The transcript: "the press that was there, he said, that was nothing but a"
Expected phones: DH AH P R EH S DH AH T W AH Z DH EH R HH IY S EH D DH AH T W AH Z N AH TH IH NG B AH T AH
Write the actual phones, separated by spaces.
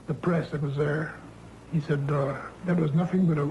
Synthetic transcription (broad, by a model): DH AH P R EH S DH AH T W AH Z DH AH R HH IY S EH D DH AH T W AH Z N AH TH IH NG B AH T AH